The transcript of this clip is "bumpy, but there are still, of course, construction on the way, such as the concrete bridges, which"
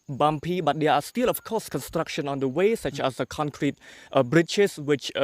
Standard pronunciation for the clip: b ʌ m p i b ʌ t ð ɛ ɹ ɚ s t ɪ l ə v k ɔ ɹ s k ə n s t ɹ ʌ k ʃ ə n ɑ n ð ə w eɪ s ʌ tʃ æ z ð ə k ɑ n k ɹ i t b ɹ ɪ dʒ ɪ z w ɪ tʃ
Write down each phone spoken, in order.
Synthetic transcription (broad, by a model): b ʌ m p i b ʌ t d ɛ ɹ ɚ s t ɪ l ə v k ɔ s k ə n s t ɹ ʌ k ʃ ə n ɑ n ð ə w eɪ s ʌ tʃ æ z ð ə k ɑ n k ɹ i t b ɹ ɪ tʃ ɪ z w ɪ tʃ